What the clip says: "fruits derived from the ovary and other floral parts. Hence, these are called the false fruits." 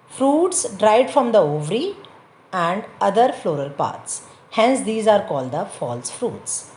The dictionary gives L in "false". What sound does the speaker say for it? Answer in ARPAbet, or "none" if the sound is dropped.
L